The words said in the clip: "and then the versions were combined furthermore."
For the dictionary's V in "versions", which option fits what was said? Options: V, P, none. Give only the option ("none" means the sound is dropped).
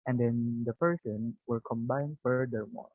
P